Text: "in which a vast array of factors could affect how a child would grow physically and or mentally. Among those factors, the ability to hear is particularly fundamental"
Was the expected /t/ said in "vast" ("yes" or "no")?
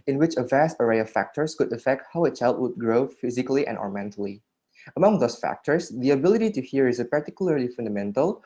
yes